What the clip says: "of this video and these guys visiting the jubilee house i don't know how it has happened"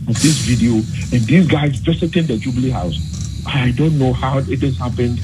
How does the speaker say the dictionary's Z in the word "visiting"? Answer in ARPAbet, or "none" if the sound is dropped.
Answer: S